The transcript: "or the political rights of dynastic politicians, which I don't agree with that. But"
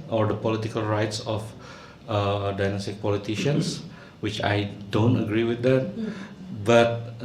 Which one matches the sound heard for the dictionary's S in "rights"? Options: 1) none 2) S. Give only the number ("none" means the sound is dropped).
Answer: 2